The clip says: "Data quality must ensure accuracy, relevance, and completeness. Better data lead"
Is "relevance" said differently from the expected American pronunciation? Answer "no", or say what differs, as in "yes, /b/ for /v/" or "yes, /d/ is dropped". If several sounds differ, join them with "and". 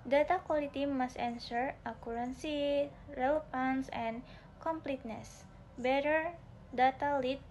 yes, /f/ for /v/